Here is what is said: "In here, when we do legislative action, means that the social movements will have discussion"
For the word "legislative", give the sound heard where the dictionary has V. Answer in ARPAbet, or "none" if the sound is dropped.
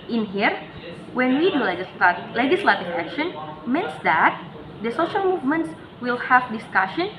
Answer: F